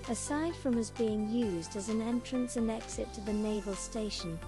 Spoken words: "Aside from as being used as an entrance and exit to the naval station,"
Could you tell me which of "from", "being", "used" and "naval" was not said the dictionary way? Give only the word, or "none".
none